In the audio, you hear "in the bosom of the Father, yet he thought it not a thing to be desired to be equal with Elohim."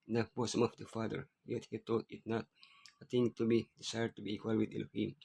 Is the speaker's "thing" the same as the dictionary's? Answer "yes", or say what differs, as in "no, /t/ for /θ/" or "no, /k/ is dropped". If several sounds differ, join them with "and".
no, /t/ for /θ/